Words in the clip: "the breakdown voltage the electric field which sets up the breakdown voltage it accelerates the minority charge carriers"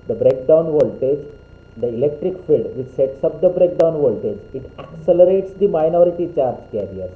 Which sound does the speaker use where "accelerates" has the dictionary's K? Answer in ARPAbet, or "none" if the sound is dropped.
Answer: K